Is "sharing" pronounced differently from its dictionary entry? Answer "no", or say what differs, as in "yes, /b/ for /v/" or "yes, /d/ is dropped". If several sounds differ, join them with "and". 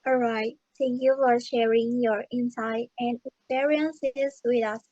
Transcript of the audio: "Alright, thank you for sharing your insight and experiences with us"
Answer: no